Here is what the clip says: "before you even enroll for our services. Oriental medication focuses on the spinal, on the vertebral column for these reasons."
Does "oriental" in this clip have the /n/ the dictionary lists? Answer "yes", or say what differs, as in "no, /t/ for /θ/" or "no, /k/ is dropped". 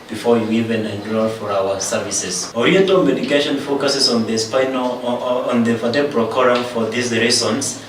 no, /n/ is dropped